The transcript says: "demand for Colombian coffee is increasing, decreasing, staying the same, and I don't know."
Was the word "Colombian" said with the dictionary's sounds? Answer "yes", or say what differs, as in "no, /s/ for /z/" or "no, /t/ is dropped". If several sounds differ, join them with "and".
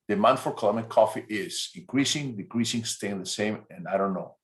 no, /b/ is dropped